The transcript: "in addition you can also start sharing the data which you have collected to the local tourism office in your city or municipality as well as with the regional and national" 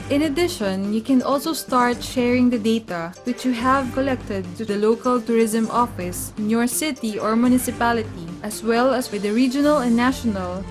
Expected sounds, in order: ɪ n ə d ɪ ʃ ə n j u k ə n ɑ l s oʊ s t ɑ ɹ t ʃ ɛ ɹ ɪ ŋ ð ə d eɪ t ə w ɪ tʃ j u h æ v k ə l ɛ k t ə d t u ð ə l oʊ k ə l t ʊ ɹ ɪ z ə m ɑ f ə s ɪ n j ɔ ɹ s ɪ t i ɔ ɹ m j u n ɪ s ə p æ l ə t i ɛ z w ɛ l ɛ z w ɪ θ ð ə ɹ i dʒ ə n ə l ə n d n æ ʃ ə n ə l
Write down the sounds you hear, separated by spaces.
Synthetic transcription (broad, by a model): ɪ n ə d ɪ ʃ ə n j u k ə n ɑ l s oʊ s t ɑ ɹ t ʃ ɛ ɹ ɪ ŋ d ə d eɪ t ə w ɪ tʃ j u h æ v k ə l ɛ k t ə d t u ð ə l oʊ k ə l t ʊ ɹ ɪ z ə m ɑ f ə s ɪ n j ɔ ɹ s ɪ t i ɔ ɹ m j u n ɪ s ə p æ l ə t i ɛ s w ɛ l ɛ s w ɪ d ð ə ɹ i dʒ ə n ə l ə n n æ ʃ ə n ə l